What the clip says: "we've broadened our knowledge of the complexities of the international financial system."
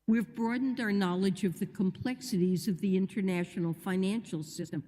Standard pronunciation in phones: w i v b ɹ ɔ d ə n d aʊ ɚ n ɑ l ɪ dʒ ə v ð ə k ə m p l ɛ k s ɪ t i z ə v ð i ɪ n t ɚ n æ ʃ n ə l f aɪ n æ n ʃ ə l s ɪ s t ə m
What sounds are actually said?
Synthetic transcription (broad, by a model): w i v b ɹ ɔ d n d aʊ ɚ n ɑ l ɪ dʒ ə v ð ə k ə m p l ɛ k s ɪ t i z ə v ð i ɪ n t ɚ n æ ʃ n l f aɪ n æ n ʃ l s ɪ s t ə m